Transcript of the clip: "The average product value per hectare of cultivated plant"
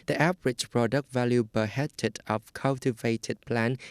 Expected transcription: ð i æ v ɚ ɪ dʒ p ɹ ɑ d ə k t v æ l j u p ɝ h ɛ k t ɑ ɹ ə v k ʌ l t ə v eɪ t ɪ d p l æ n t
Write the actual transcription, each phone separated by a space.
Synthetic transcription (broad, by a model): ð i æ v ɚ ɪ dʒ p ɹ ɑ d ə k t v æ l j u b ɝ h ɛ t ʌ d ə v k ʌ l t ə v eɪ t ɪ d p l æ n